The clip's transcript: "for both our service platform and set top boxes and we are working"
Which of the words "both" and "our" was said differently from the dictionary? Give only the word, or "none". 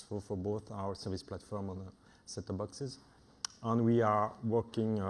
none